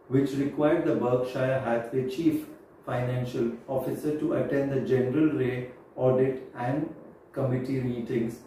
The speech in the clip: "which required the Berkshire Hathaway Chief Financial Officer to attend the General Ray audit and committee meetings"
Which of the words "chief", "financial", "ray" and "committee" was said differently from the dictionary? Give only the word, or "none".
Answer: none